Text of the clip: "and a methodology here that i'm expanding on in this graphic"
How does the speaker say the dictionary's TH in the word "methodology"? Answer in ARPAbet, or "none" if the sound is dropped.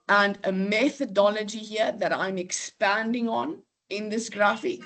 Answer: TH